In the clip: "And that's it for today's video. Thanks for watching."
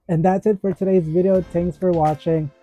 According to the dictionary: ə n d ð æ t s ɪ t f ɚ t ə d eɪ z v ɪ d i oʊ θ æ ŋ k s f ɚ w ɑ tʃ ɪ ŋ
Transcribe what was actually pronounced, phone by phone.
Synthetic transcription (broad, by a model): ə n ð æ t s ɪ t f ɚ t ə d eɪ z v ɪ d i oʊ t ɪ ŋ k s f ɚ w ɑ tʃ ɪ ŋ